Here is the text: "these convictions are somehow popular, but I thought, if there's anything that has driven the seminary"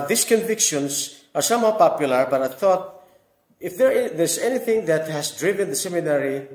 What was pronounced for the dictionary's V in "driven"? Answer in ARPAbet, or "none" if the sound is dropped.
V